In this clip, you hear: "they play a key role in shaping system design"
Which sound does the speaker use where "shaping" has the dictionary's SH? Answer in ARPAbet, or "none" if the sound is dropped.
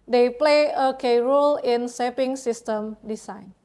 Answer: S